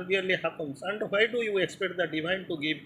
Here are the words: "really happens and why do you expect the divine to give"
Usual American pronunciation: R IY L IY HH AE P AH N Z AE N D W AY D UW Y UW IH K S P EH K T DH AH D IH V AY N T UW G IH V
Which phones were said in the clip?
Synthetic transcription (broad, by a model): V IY L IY HH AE P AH N S AE N D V AY D UW Y UW IH K S P EH K T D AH D IH V AY N T UW G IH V